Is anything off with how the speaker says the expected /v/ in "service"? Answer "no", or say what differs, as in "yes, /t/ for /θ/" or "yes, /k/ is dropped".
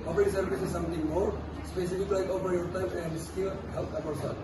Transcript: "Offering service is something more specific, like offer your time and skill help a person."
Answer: yes, /b/ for /v/